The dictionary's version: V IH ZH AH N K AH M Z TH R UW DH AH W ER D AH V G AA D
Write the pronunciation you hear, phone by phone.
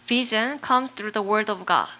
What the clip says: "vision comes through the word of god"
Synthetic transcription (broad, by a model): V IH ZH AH N K AH M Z TH R UW DH AH W ER D AH V G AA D